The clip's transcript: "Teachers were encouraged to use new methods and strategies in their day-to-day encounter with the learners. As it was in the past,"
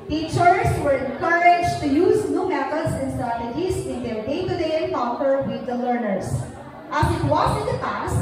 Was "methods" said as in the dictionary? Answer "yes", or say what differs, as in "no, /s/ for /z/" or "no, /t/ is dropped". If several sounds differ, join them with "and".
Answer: no, /t/ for /θ/